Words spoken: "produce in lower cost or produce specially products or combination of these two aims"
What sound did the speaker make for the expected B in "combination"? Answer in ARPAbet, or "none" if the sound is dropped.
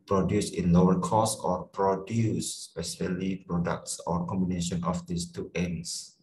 B